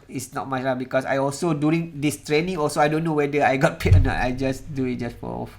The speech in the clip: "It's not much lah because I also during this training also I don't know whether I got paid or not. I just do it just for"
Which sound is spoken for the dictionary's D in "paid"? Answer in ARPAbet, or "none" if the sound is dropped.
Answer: none